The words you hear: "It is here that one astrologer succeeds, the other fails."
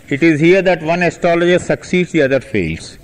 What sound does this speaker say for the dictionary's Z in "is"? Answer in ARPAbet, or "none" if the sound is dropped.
Z